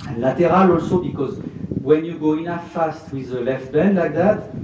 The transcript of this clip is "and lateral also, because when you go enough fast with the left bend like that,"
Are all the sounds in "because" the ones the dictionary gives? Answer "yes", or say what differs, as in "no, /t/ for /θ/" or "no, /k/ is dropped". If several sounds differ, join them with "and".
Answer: yes